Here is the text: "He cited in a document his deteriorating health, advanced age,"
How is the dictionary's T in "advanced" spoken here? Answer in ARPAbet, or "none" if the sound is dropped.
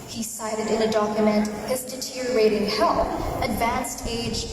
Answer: T